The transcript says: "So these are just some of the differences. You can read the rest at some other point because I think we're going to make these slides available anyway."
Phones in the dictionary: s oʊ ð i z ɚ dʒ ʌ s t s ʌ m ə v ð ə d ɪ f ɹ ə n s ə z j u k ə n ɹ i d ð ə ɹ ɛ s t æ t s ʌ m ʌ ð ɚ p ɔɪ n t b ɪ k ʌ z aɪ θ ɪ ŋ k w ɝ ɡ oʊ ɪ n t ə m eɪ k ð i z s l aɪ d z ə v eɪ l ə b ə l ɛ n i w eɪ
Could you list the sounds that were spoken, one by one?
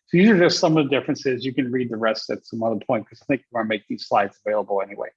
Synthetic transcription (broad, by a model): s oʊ ð i z ɚ dʒ ʌ s t s ʌ m ə v ð ə d ɪ f ɹ ə n s ə z j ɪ k ə n ɹ i d ð ə ɹ ɛ s t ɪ t s ʌ m ʌ ð ɚ p ɔɪ n t k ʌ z aɪ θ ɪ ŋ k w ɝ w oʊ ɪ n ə m eɪ k ð i z s l aɪ d z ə v eɪ l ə b l ɛ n i w eɪ